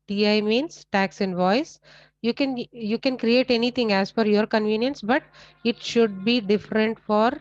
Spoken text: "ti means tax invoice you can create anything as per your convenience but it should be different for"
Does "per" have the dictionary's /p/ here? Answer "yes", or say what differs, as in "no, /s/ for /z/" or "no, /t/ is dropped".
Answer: no, /f/ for /p/